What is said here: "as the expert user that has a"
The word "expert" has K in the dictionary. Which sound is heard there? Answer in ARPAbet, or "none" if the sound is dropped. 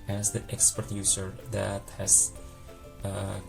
K